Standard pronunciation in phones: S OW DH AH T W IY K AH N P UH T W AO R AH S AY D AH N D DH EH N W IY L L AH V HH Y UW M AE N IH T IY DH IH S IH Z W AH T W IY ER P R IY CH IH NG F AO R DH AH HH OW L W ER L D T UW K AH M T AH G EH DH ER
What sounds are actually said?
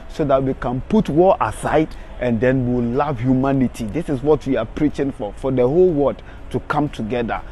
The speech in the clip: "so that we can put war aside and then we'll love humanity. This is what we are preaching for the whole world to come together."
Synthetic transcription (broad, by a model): S OW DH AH T W IY K AH N P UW T W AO L AH S AY D AH N D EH N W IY W L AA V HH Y UW M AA N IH T IY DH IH S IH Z W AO T W IY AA P R IY CH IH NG F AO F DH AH HH OW L W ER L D T UW K AH M T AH G EH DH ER